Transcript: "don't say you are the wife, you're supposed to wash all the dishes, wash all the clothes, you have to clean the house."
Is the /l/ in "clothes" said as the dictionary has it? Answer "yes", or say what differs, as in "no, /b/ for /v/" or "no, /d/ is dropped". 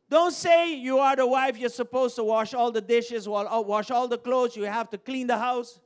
yes